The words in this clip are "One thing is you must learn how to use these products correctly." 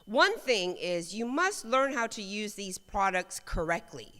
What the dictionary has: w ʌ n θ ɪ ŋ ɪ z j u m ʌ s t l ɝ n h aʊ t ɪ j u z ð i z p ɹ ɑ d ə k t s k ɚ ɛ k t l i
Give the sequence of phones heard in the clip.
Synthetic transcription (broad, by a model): w ʌ n θ ɪ ŋ ɪ z j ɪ m ʌ s t l ɝ n h aʊ t ɪ j u z ð i z p ɹ ɑ d ə k t s k ɚ ɛ k t l i